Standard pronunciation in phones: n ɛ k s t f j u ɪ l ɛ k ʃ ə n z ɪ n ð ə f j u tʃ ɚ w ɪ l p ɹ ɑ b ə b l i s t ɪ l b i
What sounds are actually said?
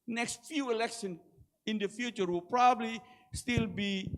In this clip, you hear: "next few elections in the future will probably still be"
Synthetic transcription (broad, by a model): n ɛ k s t f j u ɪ l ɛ k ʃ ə n ɪ n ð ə f j u tʃ ɚ w ɪ l p ɹ ɑ b ə b l i s t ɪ l b i